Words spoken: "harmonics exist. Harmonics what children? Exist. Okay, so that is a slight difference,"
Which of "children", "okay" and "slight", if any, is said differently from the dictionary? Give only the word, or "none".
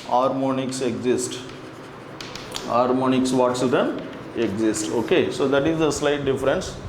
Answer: children